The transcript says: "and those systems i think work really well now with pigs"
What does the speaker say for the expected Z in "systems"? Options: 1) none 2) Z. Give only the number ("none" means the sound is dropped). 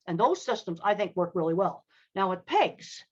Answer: 2